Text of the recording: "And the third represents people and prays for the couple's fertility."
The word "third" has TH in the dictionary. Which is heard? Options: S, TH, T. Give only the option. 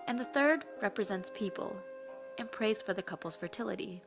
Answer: TH